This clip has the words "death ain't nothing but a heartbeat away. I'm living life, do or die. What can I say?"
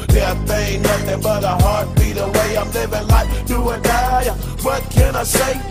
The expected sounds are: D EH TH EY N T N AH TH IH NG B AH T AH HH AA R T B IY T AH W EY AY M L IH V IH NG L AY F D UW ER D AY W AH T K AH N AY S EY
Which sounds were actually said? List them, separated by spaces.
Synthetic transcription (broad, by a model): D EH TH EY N N AH TH IH NG B AH T AH HH AA R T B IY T AH W EY AY M L IH V IH NG L AY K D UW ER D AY W AH T K AH N AY S EY